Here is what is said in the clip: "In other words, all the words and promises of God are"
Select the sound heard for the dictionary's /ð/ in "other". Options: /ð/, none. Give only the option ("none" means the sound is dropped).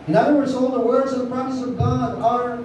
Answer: none